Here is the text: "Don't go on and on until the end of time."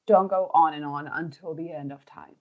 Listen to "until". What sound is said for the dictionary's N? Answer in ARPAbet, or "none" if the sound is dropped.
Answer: N